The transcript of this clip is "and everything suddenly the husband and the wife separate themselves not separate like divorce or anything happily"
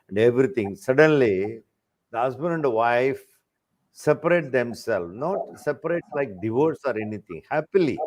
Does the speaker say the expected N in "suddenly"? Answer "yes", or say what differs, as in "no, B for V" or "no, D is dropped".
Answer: yes